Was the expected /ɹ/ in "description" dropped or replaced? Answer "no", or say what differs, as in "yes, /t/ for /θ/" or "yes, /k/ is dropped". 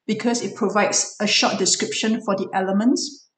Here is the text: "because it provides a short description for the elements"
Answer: no